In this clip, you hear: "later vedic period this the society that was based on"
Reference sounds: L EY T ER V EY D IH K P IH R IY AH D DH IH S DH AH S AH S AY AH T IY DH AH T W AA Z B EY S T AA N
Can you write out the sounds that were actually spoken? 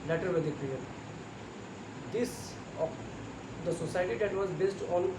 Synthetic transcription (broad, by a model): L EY T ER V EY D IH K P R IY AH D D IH S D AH S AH S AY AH T IY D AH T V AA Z B EY S T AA N